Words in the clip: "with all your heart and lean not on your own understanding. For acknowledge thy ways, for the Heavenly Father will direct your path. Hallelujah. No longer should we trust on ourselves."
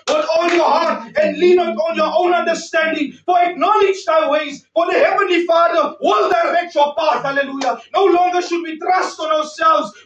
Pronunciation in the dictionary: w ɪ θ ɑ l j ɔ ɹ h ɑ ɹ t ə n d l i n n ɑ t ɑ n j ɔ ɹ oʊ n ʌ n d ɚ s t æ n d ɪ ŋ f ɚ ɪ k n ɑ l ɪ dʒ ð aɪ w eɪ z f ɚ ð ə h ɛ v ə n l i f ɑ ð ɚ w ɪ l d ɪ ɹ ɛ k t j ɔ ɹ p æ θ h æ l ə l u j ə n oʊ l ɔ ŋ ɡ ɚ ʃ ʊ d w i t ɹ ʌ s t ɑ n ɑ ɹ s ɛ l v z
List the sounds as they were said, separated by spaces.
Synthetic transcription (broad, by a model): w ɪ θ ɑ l j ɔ h ɑ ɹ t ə n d l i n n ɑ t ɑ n j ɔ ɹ oʊ n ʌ n d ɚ s t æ n d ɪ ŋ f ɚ ɪ k n ɑ l ɪ dʒ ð aɪ w eɪ z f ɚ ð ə h ɛ v ə n l i f ɑ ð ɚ w ɪ l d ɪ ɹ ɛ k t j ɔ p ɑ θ h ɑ l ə l u j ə n oʊ l ɔ ŋ ɡ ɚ ʃ ʊ d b i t ɹ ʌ s t ɑ n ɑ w s ɛ l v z